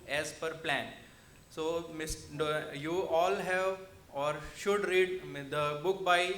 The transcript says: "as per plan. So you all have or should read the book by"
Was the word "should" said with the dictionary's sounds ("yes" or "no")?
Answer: yes